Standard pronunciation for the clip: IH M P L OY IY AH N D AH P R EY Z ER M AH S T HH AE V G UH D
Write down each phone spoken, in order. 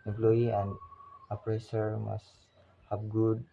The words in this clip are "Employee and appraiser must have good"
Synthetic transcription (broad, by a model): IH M P L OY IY AH N D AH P R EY S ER M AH S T HH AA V G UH D